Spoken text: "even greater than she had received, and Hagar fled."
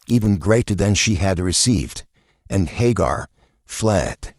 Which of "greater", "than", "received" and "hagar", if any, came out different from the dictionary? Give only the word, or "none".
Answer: none